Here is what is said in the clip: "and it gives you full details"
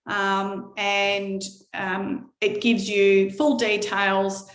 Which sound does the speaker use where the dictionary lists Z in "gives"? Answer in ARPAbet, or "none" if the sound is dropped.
Z